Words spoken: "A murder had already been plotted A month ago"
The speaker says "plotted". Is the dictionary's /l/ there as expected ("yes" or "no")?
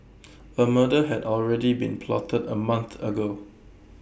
yes